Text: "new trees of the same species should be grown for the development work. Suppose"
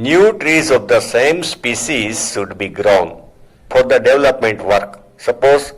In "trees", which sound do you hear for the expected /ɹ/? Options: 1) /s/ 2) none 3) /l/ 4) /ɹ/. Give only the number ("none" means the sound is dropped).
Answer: 4